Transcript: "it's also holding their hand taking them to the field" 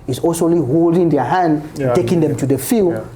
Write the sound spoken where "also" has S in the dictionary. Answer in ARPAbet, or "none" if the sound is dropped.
none